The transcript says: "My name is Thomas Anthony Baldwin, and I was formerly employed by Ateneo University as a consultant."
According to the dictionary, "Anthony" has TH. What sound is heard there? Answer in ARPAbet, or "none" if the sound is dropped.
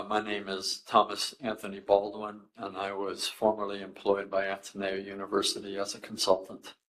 TH